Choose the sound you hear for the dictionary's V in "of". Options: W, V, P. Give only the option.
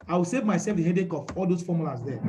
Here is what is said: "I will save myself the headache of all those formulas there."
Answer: P